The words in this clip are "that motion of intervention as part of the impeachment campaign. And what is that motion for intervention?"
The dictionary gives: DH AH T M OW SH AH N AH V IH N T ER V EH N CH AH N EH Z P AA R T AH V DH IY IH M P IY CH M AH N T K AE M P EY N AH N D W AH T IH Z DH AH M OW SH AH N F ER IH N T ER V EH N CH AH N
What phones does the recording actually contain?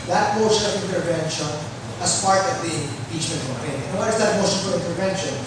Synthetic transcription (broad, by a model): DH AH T M OW SH AH N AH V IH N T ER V EH N SH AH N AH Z P AA R T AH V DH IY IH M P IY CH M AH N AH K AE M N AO AH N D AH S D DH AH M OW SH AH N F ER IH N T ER V EH N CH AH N